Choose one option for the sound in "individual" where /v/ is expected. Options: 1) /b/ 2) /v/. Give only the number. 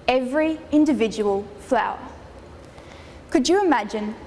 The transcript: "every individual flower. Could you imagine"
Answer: 2